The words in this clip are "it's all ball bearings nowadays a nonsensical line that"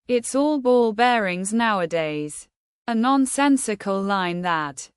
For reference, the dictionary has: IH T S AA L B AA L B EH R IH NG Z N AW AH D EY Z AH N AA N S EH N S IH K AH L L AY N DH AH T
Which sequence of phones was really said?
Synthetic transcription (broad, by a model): IH T S AA L B AA L B EH R IH NG Z N AW AH D EY Z AH N AA N S EH N S IH K AH L L AY N DH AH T